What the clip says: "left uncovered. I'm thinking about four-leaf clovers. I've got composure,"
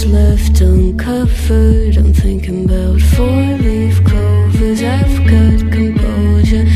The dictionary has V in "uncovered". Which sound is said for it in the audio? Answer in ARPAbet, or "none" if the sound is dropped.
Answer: F